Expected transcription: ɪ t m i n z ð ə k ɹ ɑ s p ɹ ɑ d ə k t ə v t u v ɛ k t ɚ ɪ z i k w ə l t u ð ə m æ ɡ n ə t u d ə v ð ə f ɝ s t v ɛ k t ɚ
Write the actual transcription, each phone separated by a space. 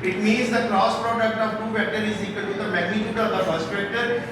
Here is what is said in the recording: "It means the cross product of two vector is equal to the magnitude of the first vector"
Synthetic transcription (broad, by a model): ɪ t m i n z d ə k ɹ ɑ s p ɹ ɑ d ə k t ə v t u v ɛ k t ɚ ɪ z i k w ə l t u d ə m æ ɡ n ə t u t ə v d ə p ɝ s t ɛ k t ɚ